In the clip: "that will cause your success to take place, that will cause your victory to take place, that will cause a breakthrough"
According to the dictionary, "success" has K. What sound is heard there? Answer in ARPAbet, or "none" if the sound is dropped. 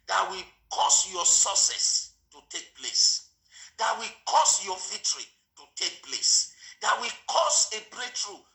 none